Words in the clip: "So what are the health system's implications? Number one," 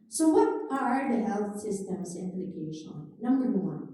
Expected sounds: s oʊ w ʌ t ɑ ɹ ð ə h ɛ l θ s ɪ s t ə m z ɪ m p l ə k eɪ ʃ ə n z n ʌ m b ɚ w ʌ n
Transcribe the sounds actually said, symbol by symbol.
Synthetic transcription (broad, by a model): s oʊ w ʌ t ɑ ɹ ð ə h ɛ l θ s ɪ s t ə m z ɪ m p l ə k eɪ ʃ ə n n ʌ m b ɚ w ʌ n